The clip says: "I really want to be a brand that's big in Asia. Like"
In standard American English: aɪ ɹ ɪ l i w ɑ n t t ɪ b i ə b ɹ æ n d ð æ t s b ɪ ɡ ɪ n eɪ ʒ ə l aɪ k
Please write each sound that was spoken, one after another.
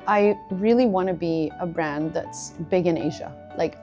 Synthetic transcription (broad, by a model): aɪ ɹ ɪ l i w ɑ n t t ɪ b i ə b ɹ æ n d ð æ t s b ɪ ɡ ɪ n eɪ ʒ ə l aɪ k